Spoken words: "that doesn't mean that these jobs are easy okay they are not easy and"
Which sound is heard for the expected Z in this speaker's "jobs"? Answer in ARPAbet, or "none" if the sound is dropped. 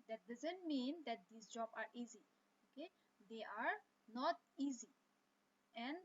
none